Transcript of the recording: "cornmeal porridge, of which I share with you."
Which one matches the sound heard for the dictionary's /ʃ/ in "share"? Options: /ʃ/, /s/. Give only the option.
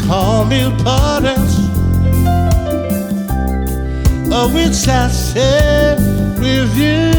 /s/